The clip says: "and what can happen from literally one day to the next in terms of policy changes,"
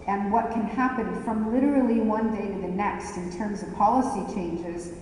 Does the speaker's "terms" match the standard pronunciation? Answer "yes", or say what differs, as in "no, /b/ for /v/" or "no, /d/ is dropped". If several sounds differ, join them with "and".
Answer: yes